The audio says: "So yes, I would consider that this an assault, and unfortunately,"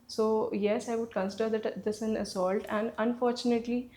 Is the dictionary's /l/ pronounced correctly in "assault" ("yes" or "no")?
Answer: yes